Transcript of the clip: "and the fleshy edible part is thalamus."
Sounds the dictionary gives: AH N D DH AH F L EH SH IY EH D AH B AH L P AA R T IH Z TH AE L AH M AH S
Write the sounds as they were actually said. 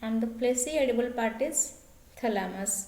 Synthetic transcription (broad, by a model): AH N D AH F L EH S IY EH D AH B AH L P AA R T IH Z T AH L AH M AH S